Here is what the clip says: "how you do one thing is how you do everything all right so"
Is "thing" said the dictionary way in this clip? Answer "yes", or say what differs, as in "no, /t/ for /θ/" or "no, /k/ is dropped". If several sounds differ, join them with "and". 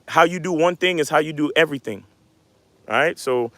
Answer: yes